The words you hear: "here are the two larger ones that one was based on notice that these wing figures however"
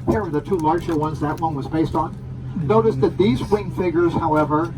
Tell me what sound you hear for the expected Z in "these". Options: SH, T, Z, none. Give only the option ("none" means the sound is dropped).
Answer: Z